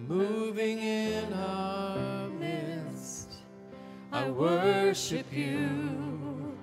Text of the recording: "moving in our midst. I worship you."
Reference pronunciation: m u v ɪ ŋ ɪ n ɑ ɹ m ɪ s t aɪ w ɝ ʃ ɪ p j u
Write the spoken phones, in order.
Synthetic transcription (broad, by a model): m u v ɪ ŋ ɪ n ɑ m ɪ s t aɪ w ɝ ʃ ɪ p j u